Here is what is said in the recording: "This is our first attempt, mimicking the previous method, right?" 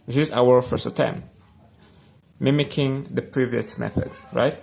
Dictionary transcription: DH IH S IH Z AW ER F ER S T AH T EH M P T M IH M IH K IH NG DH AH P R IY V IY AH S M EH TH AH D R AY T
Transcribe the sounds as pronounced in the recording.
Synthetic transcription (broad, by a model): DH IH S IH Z AW ER F ER S T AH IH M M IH M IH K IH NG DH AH P R IY V IY AH S M EH TH AH D R AY T